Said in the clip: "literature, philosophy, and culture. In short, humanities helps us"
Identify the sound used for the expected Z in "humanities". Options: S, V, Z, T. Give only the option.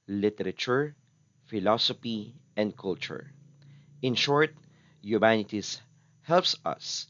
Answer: S